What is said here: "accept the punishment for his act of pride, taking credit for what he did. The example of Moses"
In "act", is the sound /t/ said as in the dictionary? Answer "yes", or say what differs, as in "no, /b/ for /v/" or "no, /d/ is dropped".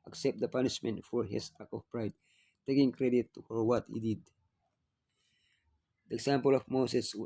no, /t/ is dropped